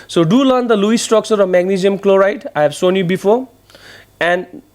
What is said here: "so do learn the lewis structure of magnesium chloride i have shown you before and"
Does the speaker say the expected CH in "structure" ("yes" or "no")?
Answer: no